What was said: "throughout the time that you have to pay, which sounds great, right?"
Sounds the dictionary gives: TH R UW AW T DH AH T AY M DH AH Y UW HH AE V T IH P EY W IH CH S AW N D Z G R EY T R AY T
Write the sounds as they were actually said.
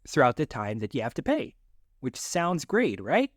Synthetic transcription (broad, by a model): TH R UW AW T DH AH T AY M DH AH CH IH HH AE F T IH P EY W IH CH S AW N D Z G R EY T R AY T